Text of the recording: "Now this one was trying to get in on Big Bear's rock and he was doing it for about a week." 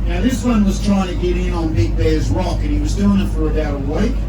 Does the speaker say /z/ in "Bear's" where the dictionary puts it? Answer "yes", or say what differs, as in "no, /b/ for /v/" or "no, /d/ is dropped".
yes